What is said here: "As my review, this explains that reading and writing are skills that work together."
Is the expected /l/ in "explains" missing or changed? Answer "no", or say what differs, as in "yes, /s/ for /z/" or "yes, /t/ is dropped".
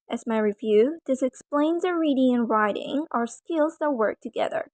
no